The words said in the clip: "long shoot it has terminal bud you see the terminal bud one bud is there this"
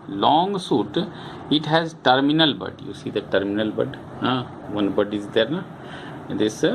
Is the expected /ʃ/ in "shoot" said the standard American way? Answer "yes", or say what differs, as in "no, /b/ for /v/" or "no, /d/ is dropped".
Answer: no, /s/ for /ʃ/